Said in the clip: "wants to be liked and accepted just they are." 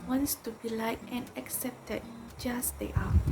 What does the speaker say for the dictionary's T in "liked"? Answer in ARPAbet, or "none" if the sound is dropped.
none